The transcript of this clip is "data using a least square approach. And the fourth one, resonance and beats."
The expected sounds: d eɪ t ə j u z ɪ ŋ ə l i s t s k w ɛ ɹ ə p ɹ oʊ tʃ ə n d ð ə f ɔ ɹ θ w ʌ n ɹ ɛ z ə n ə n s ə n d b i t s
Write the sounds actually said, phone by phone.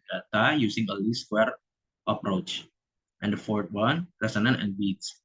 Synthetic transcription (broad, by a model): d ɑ t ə j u s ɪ ŋ ə l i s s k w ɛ ɹ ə p ɹ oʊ tʃ ə n d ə f ɔ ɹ t w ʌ n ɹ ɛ s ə n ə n ə n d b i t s